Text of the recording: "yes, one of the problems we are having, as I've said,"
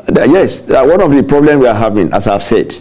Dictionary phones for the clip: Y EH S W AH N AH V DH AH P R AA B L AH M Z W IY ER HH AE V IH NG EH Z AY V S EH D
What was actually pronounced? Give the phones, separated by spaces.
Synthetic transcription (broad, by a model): Y EH S W AH N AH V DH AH P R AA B L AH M W IY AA HH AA V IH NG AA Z AY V S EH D